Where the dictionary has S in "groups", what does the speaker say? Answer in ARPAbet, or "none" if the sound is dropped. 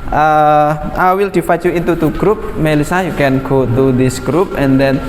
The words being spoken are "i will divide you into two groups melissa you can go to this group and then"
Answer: none